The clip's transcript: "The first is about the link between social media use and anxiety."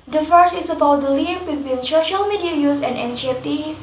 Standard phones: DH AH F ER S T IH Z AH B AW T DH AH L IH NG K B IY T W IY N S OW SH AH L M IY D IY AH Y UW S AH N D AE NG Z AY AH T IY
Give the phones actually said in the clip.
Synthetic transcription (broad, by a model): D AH F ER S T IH S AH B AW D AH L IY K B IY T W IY N S OW SH AH L M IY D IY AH Y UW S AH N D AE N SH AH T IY